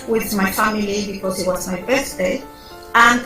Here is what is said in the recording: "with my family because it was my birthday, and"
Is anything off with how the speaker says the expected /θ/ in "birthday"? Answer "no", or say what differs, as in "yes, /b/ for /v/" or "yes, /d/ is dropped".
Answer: yes, /s/ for /θ/